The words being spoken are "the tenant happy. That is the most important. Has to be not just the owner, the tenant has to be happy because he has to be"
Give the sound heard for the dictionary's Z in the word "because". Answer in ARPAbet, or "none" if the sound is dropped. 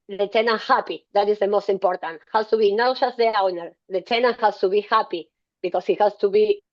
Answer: S